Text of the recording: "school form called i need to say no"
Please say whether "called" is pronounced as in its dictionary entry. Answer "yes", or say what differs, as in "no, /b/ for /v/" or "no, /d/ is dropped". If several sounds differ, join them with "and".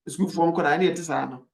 no, /l/ is dropped